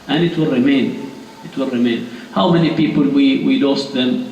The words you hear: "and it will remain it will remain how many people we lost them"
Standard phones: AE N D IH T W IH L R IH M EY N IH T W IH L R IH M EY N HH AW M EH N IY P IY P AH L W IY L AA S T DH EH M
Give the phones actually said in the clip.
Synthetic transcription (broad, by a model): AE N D IH T W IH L R IH M EY N IH T W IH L R IH M EY N HH AW M EH N IY P IY P AH L W IY W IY S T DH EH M